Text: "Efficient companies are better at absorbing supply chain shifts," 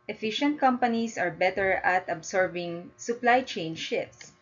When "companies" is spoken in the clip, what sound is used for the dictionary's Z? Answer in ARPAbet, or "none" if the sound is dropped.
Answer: S